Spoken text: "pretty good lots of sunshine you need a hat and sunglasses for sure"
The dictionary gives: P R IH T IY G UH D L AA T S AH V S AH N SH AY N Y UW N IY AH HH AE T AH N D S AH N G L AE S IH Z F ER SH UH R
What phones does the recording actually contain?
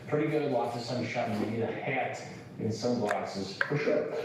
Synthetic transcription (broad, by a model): P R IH T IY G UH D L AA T AH S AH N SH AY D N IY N AH HH AE T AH N S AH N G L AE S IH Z F ER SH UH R